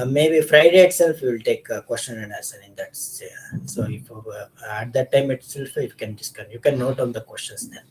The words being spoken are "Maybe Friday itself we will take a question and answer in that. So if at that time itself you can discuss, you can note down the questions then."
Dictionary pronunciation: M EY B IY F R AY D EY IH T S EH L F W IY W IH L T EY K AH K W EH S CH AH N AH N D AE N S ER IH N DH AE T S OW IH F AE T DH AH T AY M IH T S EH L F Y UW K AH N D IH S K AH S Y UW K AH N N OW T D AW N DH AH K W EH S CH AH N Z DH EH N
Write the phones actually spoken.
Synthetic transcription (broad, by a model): M EY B IY F R AY D EY IH T S EH L F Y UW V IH L T EY K K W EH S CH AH N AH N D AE S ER IH N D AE T S OW IH F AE T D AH T AY M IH T S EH L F Y UW K AH N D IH S K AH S Y UW K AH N N OW T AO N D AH K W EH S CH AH N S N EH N